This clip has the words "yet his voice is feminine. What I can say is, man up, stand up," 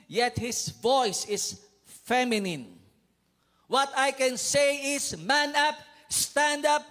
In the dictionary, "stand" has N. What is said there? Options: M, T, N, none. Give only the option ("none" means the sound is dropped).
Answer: N